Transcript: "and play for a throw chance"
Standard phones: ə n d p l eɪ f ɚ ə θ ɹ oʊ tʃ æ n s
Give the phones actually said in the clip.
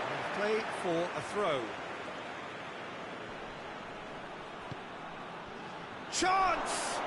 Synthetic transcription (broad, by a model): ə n p l eɪ f ɚ ə θ ɹ oʊ tʃ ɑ n s